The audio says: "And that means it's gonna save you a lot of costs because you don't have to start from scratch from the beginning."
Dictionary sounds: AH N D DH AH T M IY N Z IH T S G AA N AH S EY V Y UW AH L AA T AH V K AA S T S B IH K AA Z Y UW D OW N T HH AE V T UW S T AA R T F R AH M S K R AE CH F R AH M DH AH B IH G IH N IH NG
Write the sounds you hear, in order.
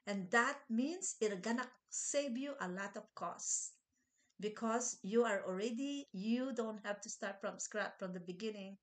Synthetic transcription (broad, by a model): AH N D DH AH T M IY N S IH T G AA N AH S EY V Y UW AH L AA T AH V K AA S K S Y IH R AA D Y UW D OW N T HH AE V T UW S T AA R T F R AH M S K R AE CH F R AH M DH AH B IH G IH N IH NG